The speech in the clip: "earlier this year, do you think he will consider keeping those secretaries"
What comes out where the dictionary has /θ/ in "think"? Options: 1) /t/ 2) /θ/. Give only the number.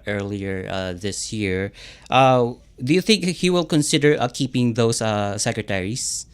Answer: 2